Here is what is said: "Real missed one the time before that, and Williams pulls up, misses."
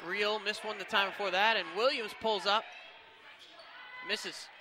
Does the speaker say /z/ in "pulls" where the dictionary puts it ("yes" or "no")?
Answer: yes